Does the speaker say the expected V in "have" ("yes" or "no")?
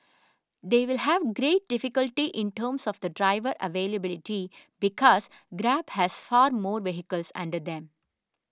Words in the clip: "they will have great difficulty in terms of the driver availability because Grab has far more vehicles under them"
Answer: yes